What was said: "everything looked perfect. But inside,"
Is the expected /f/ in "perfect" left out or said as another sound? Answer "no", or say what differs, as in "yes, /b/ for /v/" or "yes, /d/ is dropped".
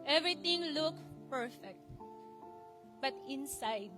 no